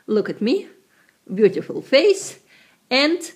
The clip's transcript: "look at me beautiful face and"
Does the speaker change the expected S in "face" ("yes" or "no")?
no